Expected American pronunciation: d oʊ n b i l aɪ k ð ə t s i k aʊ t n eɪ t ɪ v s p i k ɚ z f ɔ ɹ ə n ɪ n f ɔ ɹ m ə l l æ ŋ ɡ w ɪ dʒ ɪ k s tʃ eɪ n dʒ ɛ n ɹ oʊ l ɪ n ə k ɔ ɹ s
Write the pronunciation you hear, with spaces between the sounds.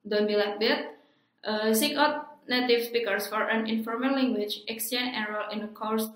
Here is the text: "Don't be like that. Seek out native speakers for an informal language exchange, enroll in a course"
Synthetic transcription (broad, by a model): d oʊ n b i l aɪ k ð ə t s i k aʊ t n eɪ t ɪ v s p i k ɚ s f ɔ ɹ ə n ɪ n f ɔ ɹ m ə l l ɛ ŋ ɡ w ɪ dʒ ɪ k s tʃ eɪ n ɛ n ɹ oʊ l ɪ n ə k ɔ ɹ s